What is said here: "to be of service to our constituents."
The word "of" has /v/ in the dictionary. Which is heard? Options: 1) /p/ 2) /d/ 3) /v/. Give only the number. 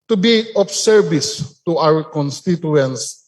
1